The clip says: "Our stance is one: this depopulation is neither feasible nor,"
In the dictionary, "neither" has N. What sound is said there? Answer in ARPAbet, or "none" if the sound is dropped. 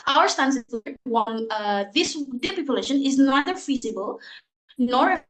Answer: N